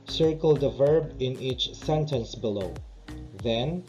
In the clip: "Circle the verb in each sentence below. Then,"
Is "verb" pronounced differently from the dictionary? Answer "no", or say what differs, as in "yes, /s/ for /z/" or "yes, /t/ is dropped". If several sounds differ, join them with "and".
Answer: no